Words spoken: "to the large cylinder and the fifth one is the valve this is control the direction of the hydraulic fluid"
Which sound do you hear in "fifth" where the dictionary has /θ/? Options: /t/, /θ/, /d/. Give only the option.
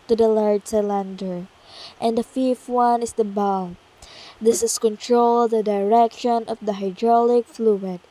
/t/